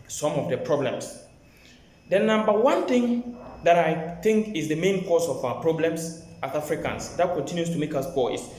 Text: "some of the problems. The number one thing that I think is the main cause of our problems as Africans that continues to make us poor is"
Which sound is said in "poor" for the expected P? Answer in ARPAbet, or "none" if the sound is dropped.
B